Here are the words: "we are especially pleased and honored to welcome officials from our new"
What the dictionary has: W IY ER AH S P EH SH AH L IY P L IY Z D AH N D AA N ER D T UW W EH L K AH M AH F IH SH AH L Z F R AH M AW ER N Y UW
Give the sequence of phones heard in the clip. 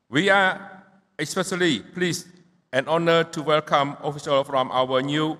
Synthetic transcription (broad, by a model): W IY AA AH S P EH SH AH L IY P L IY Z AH N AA N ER T UW W EH L K AH M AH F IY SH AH L F R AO M AW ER N Y UW